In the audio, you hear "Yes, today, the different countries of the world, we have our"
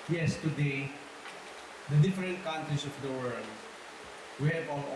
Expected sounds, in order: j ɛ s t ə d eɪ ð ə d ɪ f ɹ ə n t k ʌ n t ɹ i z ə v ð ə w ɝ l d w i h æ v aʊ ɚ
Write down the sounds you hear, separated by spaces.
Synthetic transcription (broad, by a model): j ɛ s t ə d eɪ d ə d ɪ f ɹ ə n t k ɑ n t ɹ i s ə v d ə w ɝ l d w i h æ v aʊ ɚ